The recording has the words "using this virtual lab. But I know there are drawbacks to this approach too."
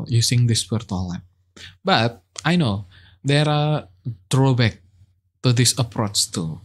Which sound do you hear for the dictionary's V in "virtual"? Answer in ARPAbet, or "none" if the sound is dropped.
W